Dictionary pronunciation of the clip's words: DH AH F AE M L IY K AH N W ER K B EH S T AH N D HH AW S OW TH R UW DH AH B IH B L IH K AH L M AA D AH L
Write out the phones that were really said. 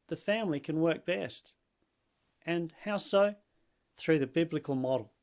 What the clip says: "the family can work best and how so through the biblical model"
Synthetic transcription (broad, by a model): DH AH F AE M L IY K AH N W ER K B EH S T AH N HH AW S OW TH R UW DH AH B IH B L IH K AH L M AA D L